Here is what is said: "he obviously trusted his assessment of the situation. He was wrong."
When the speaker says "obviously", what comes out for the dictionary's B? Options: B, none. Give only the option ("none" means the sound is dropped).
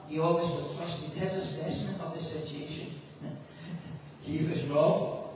none